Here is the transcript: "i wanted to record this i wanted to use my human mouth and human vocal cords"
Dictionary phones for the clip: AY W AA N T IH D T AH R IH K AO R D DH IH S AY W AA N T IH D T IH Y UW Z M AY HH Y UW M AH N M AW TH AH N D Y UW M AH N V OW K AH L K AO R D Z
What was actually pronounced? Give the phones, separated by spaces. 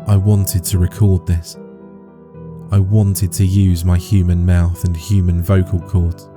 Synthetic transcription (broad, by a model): AY W AA N T IH D T AH R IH K AO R D DH IH S AY W AA N T IH D T IH Y UW Z M AY HH Y UW M AH N M AW TH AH N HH Y UW M AH N V OW K AH L K AO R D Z